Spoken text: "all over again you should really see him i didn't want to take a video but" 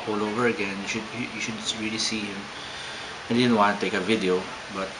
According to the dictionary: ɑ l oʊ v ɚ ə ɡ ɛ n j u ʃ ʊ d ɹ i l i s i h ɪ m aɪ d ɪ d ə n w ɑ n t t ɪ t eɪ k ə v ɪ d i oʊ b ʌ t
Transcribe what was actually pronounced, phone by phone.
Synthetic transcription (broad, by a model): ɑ l oʊ v ɚ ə ɡ ɛ n j u ʃ ʊ d ɹ i l i s i h ɪ m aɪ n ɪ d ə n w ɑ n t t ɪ t eɪ k ə v ɪ d i oʊ b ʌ t